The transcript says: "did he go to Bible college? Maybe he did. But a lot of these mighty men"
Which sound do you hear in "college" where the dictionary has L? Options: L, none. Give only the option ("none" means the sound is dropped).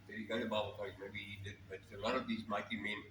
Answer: none